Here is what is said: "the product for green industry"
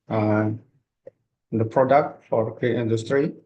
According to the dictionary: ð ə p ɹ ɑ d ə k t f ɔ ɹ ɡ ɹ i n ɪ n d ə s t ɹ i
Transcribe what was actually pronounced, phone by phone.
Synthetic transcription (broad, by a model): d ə p ɹ ɑ d ə k t f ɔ ɹ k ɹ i ɪ n d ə s t ɹ i